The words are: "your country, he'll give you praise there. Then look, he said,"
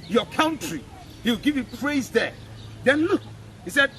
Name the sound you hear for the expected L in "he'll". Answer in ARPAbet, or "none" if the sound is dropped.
W